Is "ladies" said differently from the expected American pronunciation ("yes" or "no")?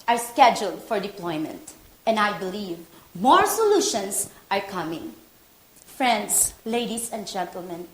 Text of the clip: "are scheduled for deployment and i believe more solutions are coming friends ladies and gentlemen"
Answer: yes